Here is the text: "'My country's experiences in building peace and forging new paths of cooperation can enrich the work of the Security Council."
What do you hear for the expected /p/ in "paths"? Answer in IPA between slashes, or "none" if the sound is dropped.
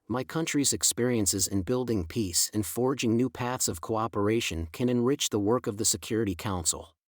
/p/